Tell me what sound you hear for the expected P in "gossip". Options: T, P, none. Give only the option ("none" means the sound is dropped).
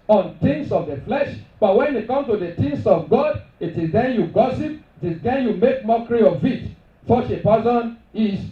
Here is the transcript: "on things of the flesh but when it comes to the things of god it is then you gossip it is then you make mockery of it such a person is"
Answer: P